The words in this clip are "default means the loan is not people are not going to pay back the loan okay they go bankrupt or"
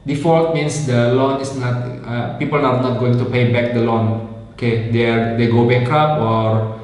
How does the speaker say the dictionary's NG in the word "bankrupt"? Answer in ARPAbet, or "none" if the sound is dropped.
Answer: none